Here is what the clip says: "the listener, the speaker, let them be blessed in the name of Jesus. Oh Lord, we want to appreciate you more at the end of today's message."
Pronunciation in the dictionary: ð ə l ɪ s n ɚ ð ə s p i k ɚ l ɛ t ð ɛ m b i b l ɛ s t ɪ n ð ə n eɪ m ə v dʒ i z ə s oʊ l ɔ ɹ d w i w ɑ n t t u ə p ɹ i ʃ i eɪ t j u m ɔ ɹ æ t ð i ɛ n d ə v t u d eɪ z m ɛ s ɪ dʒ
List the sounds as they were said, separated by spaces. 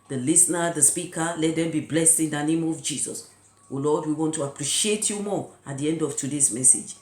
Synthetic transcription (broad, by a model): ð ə l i s n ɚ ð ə s p i k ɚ l ɛ t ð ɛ m b i b l ɛ s t ɪ n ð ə n eɪ m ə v dʒ i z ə s oʊ l ɔ d w i w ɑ n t t u ə p ɹ i ʃ i eɪ t j u m ɔ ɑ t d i ɛ n d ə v t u d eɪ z m ɛ s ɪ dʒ